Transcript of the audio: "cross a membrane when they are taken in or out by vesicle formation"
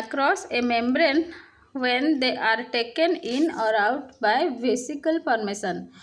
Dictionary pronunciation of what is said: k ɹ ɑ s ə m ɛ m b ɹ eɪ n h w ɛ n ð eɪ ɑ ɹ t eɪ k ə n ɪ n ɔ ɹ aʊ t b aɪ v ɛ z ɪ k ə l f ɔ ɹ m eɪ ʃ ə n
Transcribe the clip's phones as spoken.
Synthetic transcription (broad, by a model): k ɹ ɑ s ə m ɛ m b ɹ eɪ n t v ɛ n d eɪ ɑ ɹ t eɪ k ə n ɪ n ɔ ɹ aʊ t b aɪ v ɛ s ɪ k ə l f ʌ ɹ m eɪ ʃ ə n